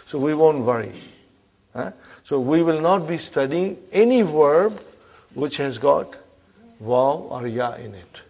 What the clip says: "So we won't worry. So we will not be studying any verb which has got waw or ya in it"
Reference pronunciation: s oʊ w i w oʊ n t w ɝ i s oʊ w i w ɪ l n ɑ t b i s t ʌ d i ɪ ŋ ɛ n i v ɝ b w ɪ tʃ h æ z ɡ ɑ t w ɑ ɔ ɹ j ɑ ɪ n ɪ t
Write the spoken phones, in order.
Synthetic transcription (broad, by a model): s oʊ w i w oʊ n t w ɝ i s oʊ w i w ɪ l n ɑ t b i s t ʌ d i ɪ ŋ ɛ n i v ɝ b w ɪ tʃ h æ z ɡ ɑ t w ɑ ɔ ɹ j ɑ ɪ n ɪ t